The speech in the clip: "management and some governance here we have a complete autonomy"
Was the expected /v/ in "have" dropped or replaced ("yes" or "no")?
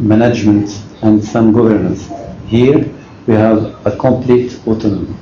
no